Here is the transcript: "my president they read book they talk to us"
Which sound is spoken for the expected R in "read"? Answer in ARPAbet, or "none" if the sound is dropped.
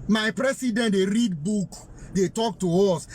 R